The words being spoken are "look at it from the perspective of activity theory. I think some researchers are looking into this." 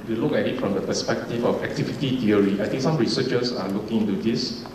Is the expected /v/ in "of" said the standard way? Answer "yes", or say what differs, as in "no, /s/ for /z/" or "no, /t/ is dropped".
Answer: no, /f/ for /v/